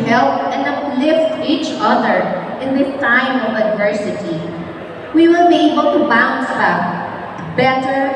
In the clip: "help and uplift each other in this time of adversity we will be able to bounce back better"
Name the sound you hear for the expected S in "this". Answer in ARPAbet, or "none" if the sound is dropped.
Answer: none